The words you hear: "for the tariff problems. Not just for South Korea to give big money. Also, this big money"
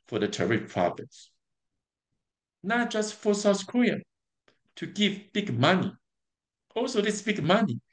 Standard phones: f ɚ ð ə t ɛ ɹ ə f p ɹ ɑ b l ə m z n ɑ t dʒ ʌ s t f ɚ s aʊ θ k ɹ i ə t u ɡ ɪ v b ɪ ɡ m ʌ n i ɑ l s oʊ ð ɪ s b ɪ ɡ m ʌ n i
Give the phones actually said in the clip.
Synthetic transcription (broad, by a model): f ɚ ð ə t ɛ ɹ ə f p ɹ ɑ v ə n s n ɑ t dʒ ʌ s t f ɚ s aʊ s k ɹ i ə t u ɡ ɪ v b ɪ ɡ m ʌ n i ɑ l s oʊ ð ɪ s b ɪ ɡ m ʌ n i